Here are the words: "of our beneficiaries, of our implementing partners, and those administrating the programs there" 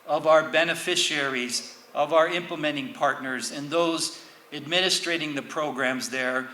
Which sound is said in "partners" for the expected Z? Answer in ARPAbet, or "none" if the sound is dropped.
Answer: Z